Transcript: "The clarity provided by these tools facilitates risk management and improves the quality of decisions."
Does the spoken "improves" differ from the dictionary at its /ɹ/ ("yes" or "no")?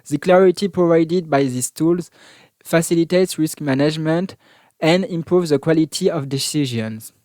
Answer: no